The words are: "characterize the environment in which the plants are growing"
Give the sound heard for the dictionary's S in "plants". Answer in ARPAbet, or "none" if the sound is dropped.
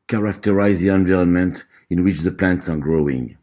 S